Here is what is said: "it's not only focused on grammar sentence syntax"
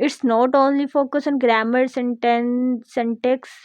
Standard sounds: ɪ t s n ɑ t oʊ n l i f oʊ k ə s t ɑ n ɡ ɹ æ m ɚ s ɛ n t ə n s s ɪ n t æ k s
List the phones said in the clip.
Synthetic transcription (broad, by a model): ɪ t s n ɑ t oʊ n l i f oʊ k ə s ɑ n ɡ ɹ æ m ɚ s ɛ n t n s s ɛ n t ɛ k s